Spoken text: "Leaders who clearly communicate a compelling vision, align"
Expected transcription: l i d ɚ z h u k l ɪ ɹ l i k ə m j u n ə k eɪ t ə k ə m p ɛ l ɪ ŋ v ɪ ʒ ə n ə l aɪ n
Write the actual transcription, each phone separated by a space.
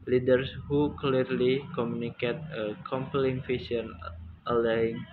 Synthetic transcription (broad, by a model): l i d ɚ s h u k l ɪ ɹ l i k ə m j u n ə k eɪ t ə k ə m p l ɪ ŋ f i s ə n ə l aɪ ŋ